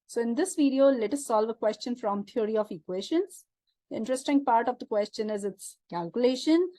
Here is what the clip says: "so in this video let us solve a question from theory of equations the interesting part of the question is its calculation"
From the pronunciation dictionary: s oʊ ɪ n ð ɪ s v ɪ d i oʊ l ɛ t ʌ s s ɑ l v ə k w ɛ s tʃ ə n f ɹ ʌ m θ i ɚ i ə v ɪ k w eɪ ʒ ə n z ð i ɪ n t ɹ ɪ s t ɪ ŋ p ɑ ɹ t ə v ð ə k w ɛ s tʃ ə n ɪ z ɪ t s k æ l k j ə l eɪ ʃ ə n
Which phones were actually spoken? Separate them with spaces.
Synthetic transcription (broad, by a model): s oʊ ɪ n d ɪ s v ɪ d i oʊ l ɛ t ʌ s s ɑ l v ə k w ɛ s tʃ ə n f ɹ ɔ m t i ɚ i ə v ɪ k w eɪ ʃ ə n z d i ɪ n t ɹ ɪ s t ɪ ŋ p ɑ ɹ t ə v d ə k w ɛ s tʃ ə n ɪ z ɪ t s k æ l k j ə l eɪ ʃ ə n